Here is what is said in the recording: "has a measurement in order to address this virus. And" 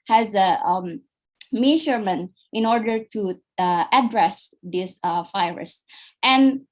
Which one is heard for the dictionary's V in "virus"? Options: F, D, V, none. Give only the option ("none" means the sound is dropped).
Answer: F